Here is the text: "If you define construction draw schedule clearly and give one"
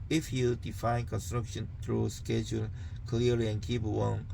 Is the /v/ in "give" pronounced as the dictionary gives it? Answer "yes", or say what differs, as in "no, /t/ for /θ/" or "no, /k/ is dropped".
no, /p/ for /v/